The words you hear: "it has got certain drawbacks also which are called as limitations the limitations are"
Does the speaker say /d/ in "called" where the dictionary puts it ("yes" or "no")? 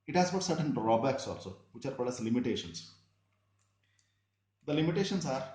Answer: no